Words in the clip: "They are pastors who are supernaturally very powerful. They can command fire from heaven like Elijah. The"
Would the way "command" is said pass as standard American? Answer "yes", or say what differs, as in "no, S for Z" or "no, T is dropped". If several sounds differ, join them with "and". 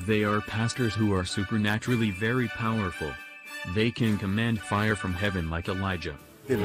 yes